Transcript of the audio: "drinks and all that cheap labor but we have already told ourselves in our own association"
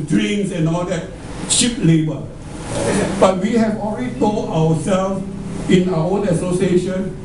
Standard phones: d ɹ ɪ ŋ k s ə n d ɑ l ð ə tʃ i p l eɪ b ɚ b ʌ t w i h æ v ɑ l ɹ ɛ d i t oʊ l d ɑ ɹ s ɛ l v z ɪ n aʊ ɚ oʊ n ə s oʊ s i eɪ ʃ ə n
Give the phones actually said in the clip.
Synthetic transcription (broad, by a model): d ɹ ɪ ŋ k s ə n ɑ l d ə tʃ i p l eɪ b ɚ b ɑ t w i h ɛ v ɑ l ɹ ɛ d i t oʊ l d ɑ w s ɛ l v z ɪ n aʊ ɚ oʊ n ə s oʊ s i eɪ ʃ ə n